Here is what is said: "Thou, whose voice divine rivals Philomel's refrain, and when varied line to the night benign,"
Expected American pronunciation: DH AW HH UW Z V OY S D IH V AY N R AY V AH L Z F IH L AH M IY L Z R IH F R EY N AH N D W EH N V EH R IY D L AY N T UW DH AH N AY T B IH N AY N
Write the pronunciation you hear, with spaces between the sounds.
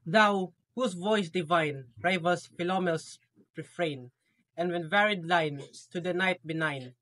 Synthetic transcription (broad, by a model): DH AW HH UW S V OY S D IH V AY N R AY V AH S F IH L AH M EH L S R IH F R EY N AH N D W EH N V EH R IY D L AY N T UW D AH N AY T B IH N AY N